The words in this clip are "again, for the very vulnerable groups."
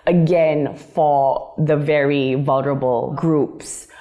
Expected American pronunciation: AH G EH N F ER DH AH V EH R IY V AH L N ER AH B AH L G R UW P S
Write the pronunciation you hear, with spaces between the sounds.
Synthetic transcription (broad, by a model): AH G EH N F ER DH AH V EH R IY V AH L N ER AH B AH L G R UW P S